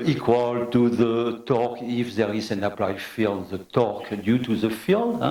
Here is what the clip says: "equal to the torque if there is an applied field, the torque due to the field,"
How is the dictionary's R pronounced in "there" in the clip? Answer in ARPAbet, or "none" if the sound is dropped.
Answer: R